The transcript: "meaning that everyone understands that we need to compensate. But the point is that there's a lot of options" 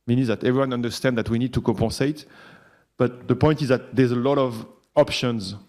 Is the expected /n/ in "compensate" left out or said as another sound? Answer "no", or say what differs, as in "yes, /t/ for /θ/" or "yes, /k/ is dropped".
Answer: yes, /n/ is dropped